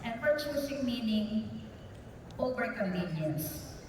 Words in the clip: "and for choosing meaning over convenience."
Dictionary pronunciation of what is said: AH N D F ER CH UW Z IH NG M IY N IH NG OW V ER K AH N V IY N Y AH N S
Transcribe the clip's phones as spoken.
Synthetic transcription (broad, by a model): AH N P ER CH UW S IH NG M IY N IH NG OW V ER K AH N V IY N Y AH N S